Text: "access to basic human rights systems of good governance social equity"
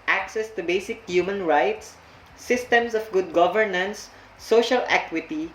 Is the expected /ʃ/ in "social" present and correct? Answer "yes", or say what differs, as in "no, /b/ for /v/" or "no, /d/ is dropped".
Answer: yes